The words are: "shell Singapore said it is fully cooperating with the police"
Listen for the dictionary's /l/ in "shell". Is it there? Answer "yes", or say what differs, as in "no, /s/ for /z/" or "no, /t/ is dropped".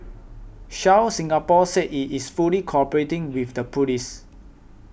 no, /w/ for /l/